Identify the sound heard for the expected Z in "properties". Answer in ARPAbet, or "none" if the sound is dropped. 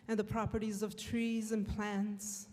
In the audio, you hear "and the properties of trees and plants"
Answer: Z